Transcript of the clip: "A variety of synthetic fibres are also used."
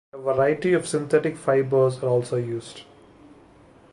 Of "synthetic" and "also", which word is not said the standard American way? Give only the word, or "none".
synthetic